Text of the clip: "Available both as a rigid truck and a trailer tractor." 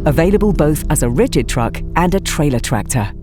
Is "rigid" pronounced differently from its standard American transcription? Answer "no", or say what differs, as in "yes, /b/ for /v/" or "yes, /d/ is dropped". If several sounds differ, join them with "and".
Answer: no